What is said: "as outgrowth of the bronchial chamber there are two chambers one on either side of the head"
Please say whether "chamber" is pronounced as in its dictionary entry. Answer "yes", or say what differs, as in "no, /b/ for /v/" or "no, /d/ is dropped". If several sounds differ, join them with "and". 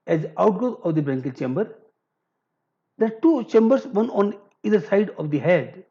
yes